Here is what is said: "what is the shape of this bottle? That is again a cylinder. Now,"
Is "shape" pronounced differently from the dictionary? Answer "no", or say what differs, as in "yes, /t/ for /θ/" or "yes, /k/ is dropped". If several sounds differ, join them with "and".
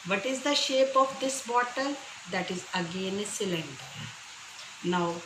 no